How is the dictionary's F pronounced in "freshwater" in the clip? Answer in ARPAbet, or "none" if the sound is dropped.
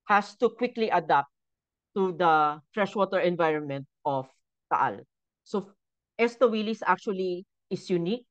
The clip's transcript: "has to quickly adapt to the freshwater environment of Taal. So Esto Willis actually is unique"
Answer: F